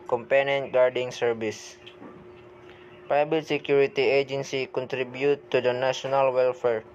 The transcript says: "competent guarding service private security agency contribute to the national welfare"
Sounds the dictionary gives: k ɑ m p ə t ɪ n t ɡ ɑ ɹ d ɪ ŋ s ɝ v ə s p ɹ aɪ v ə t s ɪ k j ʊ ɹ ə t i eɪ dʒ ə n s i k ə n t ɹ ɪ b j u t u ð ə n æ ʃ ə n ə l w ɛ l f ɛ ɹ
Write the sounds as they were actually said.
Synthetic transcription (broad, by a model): k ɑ m p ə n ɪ n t ɡ ɑ ɹ d ɪ ŋ s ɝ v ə s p aɪ b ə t s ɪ k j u ɹ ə t i eɪ dʒ ə n s i k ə n t ɹ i b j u t u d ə n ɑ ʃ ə n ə l w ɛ l f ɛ ɹ